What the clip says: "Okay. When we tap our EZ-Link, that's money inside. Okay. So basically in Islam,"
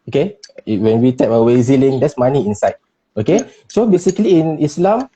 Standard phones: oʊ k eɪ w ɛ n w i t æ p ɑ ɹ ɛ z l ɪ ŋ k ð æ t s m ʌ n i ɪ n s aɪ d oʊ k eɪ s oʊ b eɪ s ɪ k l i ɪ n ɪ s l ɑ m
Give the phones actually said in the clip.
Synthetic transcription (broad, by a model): oʊ k eɪ w ɛ n w i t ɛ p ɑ w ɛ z l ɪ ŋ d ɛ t s m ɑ n i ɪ n s aɪ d oʊ k eɪ s oʊ b eɪ s ɪ k l i ɪ n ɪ s l ɑ m